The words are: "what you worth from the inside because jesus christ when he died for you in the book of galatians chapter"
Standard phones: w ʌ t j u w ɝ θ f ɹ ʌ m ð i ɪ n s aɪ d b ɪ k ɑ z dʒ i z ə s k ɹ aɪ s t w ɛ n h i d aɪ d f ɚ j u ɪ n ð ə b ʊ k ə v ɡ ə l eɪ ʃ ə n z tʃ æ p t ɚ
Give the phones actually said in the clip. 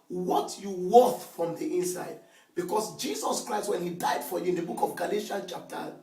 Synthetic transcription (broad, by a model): w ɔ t j u w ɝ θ f ɹ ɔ m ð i ɪ n s aɪ d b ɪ k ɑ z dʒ i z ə s k ɹ aɪ s t w ɛ n h i d aɪ d f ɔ j u ɪ n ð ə b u k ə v ɡ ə l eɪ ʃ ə n tʃ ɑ p t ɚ